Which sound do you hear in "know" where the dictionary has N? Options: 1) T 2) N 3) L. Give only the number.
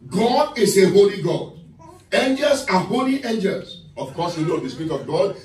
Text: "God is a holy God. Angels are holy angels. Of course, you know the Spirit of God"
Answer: 3